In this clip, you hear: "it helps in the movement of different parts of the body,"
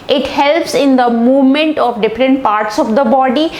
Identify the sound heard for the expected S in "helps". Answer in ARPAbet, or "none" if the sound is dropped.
S